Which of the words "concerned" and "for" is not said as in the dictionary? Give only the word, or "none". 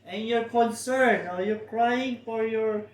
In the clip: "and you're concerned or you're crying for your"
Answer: concerned